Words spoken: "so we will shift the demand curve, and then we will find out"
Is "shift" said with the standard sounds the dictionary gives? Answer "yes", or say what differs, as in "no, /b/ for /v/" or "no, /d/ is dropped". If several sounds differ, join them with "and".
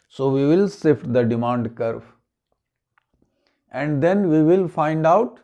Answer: no, /s/ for /ʃ/